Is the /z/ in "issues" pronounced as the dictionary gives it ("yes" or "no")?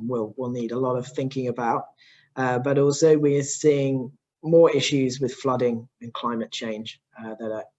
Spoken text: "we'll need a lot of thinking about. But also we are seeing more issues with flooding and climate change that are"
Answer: yes